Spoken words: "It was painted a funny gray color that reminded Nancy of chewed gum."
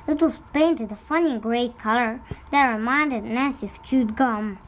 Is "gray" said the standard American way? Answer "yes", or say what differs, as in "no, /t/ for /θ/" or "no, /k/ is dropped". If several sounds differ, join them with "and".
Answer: yes